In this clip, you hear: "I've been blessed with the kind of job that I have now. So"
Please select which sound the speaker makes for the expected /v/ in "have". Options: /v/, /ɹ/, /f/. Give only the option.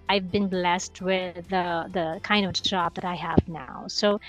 /v/